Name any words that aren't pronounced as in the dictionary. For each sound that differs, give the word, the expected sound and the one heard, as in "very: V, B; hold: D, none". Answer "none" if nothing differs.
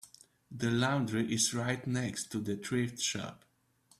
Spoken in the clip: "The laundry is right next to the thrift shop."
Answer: thrift: TH, T